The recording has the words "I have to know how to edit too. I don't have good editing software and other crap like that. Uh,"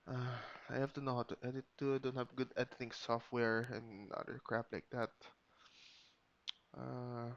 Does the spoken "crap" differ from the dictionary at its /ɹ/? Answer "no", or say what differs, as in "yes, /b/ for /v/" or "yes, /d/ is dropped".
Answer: no